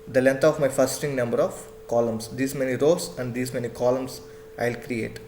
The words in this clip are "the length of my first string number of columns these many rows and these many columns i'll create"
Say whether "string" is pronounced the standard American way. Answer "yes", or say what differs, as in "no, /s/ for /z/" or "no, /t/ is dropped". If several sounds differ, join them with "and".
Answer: no, /ɹ/ is dropped